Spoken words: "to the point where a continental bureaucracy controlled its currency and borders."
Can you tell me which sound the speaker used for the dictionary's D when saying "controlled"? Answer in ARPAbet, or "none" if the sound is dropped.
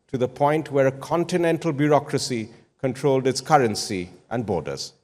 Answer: D